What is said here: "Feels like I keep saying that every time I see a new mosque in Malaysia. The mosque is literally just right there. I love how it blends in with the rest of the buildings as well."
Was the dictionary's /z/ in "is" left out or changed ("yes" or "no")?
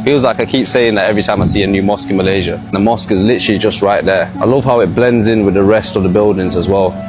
no